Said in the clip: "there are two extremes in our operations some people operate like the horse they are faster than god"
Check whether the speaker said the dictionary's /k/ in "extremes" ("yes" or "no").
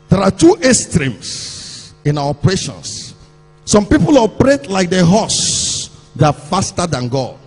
no